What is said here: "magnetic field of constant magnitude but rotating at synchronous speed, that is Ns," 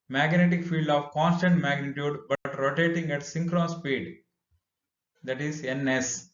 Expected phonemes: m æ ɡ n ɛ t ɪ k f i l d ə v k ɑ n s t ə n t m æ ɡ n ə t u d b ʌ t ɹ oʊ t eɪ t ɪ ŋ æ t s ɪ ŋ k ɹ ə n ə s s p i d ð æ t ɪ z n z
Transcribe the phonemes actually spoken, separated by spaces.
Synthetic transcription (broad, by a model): m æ ɡ n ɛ t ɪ k f i l d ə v k ɑ n s t ə n t m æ ɡ n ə t u d b ʌ t ɹ oʊ t eɪ t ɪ ŋ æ t s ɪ ŋ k ɹ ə n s s p i d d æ t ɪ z n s